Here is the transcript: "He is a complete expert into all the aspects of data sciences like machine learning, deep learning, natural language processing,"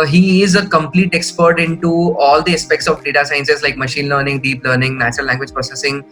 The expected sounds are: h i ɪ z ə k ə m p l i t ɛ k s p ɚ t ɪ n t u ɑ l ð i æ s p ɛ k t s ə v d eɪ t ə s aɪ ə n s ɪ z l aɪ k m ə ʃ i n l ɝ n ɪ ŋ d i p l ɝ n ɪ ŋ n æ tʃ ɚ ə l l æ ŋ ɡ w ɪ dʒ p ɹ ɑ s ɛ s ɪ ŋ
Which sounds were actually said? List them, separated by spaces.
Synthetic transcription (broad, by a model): h i ɪ z ə k ə m p l i t ɛ k s p ɚ t ɪ n t u ɑ l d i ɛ s p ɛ k t s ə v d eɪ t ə s aɪ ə n s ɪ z l aɪ k m ə ʃ i n l ɝ n ɪ ŋ d i p l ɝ n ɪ ŋ n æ tʃ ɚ ə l l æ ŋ ɡ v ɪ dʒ p ɹ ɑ s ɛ s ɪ ŋ